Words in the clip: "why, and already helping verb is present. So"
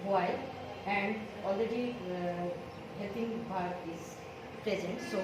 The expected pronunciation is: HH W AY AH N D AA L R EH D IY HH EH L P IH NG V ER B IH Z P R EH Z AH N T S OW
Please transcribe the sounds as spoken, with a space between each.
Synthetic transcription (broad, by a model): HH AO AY AH N D AA L R EH D IY HH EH L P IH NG B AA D IH Z P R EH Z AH N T S OW